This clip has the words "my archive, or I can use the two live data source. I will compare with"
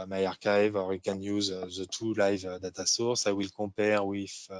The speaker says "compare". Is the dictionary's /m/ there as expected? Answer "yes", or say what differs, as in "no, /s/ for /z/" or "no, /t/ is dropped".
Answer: no, /m/ is dropped